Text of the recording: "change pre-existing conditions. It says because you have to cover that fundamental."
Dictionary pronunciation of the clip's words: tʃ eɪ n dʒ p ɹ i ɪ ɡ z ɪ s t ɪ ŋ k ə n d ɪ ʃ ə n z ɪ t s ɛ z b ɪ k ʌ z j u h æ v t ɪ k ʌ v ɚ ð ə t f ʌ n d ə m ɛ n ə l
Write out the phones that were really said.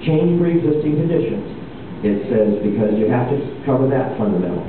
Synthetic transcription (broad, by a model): tʃ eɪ n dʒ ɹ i ɪ ɡ z ɪ s t ɪ ŋ k ə n d ɪ ʃ ə n z ɪ t s ɛ z b ɪ k ʌ z j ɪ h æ f t ɪ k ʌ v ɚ ð ə t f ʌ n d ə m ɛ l